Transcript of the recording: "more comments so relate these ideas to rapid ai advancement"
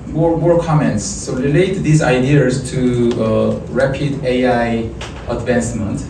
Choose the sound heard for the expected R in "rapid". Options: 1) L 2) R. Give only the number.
2